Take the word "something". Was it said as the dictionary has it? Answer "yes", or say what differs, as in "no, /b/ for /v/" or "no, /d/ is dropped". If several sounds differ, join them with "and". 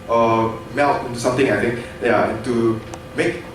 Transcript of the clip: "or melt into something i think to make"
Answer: no, /t/ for /θ/